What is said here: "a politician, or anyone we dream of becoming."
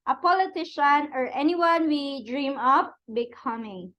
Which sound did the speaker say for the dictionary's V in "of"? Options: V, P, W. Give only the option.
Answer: P